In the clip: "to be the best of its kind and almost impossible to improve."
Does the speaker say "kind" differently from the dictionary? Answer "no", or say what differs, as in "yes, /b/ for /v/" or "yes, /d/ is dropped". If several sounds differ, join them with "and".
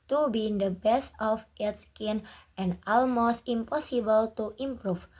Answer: yes, /d/ is dropped